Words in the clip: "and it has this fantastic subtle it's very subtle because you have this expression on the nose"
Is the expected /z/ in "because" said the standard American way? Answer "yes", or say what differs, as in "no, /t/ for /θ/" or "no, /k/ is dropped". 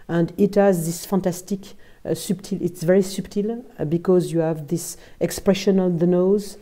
yes